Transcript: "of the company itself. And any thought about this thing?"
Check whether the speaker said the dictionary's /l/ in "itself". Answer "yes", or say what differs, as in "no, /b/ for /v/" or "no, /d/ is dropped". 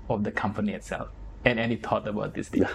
yes